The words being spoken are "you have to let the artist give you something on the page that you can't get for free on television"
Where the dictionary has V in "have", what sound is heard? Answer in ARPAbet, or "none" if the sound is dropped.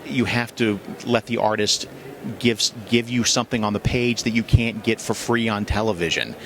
F